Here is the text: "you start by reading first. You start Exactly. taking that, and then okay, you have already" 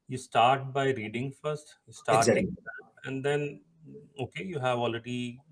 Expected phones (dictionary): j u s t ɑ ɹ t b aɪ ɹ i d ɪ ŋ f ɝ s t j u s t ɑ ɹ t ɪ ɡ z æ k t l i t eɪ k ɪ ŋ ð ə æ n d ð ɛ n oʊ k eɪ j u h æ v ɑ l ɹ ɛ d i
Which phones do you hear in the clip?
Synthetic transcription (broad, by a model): j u s t ɑ ɹ t b aɪ ɹ i d ɪ ŋ f ɝ s t j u s t ɑ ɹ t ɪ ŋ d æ t i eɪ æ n d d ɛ n oʊ k eɪ j u h æ v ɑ l ɹ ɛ d i